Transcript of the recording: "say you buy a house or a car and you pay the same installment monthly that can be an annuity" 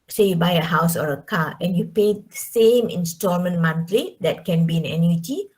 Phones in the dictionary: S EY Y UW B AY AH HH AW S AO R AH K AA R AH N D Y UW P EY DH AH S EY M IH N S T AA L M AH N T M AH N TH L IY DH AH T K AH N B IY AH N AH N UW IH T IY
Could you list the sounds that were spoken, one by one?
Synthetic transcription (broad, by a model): S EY Y UW B AY AH HH AW S AO R AH K AA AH N Y UW P EY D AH S EY M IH N S T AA M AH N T M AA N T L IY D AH T K AH N B IY AH N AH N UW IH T IY